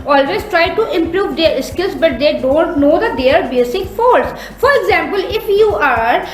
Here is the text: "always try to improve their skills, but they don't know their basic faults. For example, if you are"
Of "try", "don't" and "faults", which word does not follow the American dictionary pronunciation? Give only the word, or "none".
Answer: faults